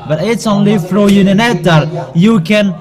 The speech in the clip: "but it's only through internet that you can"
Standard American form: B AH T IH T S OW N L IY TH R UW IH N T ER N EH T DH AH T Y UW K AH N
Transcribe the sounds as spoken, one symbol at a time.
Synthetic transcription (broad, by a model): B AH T IH T S OW N L IY F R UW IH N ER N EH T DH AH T Y UW K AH N